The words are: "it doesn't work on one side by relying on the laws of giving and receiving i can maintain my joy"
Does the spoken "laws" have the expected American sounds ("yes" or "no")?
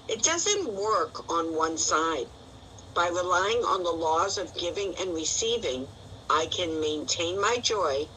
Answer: yes